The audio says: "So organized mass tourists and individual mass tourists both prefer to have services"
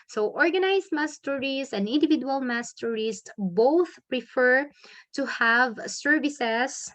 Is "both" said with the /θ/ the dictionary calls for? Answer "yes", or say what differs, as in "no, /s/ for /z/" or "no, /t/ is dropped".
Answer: yes